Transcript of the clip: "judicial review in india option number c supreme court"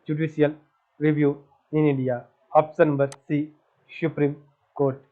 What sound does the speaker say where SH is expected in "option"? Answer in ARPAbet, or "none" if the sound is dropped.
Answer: S